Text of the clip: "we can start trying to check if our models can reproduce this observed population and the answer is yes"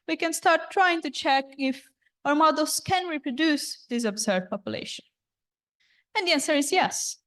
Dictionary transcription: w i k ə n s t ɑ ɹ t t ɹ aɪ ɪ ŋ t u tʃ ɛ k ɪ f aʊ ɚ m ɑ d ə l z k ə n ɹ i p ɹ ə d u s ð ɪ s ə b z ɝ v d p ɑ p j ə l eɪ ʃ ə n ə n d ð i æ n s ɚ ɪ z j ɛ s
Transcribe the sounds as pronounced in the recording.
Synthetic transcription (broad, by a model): w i k ə n s t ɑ ɹ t t ɹ aɪ ɪ ŋ t u tʃ ɛ k ɪ f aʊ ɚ m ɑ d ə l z k ə n ɹ i p ɹ ə d u s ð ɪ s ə b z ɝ d p ɑ p j ə l eɪ ʃ ə n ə n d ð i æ n s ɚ ɪ z j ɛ s